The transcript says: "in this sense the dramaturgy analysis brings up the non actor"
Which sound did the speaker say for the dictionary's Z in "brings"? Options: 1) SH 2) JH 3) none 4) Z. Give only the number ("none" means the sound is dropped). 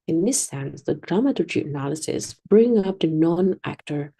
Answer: 3